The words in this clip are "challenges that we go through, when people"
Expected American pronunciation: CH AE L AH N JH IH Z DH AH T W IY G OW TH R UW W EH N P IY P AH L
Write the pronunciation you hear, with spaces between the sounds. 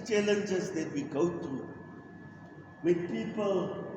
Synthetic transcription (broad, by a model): CH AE L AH N JH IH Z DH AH T W IY G OW T R UW W EH N P IY P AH L